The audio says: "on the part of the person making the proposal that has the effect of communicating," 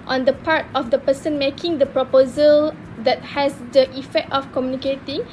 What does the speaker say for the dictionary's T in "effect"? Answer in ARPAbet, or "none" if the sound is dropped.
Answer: T